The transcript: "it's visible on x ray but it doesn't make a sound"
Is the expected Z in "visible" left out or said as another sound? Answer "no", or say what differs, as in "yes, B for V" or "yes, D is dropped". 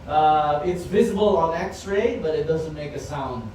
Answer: no